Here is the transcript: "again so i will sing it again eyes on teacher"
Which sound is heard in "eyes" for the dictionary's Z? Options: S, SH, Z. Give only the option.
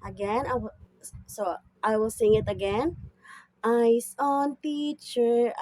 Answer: S